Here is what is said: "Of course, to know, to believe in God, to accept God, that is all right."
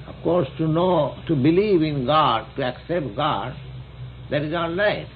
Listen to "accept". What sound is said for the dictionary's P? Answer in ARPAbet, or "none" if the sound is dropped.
P